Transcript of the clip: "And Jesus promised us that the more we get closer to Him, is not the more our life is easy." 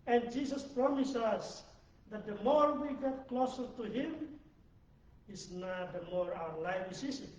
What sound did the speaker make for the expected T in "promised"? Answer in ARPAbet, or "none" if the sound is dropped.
none